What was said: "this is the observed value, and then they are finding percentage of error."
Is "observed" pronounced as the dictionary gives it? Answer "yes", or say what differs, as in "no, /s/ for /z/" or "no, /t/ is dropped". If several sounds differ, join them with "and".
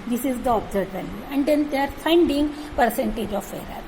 no, /v/ is dropped